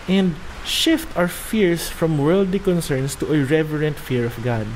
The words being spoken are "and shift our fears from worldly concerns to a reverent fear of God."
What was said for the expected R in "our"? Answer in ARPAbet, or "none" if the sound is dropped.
W